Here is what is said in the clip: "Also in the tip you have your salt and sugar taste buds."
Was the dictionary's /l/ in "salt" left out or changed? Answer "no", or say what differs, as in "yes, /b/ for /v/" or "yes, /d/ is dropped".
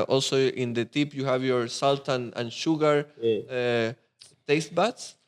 no